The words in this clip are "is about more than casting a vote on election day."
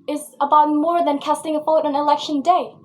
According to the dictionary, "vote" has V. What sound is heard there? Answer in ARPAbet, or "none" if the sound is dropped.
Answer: P